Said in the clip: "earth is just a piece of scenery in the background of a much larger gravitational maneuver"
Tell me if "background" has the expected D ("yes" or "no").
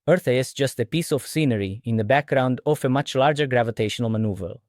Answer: yes